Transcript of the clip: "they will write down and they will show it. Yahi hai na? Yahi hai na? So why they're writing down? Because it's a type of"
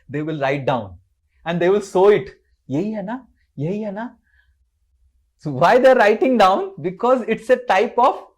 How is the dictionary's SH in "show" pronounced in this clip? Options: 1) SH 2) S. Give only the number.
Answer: 2